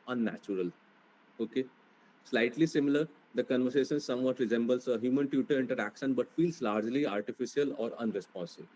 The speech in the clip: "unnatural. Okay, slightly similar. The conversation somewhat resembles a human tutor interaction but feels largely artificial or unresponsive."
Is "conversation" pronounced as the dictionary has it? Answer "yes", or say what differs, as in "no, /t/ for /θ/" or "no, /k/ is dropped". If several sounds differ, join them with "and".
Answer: yes